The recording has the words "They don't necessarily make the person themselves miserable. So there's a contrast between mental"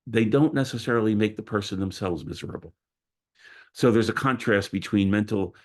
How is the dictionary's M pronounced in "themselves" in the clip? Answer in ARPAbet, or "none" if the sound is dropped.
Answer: M